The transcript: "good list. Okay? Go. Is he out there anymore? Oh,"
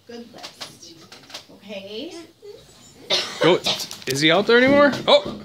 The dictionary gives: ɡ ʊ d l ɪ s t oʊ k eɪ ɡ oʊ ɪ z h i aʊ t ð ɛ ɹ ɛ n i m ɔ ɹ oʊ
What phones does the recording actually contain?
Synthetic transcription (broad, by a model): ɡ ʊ d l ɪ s oʊ k eɪ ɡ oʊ ɪ z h i aʊ t ð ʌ ɹ ɛ n i m ɔ ɹ oʊ